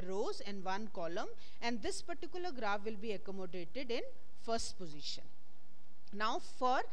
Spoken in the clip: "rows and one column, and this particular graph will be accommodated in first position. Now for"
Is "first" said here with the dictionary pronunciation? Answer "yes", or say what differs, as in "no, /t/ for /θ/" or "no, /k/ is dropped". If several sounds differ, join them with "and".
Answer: yes